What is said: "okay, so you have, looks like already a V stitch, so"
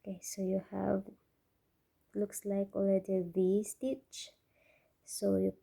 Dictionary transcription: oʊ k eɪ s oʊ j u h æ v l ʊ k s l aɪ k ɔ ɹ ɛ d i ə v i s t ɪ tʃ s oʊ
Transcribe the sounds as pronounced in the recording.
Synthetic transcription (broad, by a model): k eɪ s oʊ j u h æ v l ʊ k s l aɪ k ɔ l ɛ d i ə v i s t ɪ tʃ s oʊ